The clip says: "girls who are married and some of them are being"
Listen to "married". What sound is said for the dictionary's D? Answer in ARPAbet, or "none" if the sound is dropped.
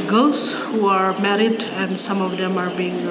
D